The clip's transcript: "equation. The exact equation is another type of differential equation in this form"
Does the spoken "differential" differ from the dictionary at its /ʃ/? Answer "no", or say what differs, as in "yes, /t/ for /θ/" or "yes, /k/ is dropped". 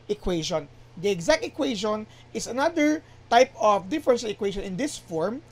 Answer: yes, /s/ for /ʃ/